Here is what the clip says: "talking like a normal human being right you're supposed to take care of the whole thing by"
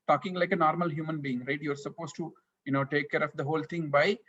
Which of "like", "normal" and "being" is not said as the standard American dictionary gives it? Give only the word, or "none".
none